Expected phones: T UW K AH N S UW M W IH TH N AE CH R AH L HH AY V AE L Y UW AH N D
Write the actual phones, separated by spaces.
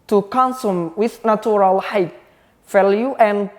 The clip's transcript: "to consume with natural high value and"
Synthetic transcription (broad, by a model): T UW K AH N S UW M W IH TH N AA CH R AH L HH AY F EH L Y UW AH N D